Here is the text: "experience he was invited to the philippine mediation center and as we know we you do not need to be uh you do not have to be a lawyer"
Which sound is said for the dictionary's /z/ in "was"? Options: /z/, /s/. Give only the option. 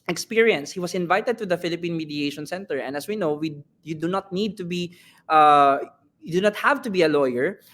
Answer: /s/